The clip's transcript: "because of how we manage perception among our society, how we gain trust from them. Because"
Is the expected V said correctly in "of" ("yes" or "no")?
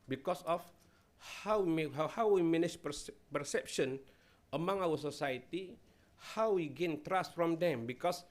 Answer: no